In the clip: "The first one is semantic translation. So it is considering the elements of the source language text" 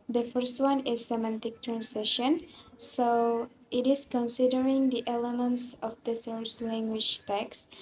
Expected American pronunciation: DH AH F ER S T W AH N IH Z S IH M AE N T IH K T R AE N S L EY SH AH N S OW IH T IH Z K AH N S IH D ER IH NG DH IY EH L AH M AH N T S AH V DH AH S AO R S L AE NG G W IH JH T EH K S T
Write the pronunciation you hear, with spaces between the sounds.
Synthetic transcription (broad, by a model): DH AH F ER S T W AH N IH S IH M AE N T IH K T R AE N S EY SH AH N S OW IH T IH S K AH N S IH D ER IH NG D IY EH L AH M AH N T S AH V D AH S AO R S L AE NG G W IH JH T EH K S